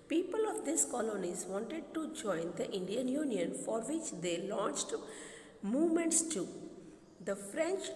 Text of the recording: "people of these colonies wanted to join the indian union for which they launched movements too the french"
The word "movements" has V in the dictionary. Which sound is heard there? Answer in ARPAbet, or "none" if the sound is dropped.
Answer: V